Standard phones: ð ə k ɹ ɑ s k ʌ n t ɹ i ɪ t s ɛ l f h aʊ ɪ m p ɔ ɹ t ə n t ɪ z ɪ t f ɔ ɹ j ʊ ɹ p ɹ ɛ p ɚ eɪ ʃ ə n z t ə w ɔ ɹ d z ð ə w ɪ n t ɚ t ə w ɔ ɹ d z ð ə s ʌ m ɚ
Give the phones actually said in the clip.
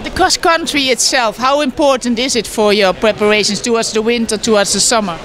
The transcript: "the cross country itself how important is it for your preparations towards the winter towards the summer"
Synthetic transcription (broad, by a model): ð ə k ɑ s k ʌ n t ɹ i ɪ t s ɛ l f h aʊ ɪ m p ɔ ɹ t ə n t ɪ z ɪ t f ɔ ɹ j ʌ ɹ p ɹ ɛ p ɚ eɪ ʃ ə n s t ə w ɔ ɹ d z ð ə w ɪ n t ɚ t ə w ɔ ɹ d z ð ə s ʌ m ɚ